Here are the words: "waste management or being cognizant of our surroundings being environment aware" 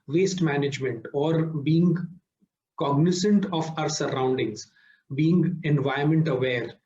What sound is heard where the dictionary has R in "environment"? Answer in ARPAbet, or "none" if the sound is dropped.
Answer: none